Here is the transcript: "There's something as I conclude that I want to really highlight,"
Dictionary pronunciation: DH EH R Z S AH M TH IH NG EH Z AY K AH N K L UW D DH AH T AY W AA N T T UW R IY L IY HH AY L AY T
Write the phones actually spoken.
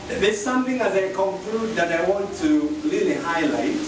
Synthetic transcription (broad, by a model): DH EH S AH M TH IH NG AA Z AY K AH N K L UW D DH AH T AY W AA N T T UW L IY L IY HH AY L AY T